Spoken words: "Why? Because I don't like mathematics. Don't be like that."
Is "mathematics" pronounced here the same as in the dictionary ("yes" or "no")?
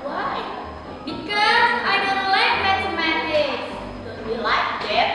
no